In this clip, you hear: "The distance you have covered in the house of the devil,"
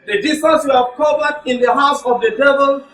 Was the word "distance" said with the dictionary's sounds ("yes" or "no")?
no